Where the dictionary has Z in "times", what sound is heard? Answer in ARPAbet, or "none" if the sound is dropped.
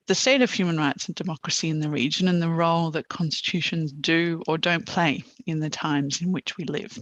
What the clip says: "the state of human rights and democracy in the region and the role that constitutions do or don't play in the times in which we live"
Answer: Z